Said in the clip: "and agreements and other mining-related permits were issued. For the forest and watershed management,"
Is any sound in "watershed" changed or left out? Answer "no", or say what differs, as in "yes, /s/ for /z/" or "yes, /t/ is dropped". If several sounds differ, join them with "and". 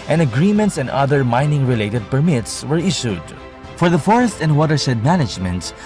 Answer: yes, /s/ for /ʃ/